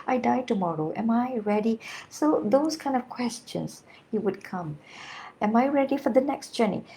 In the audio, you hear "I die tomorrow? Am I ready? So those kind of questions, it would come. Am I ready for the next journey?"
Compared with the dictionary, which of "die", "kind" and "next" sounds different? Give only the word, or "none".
none